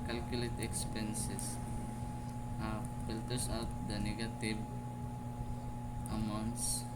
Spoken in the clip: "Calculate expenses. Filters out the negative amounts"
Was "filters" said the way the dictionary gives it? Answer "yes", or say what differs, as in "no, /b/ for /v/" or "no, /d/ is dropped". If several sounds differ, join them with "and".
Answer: no, /s/ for /z/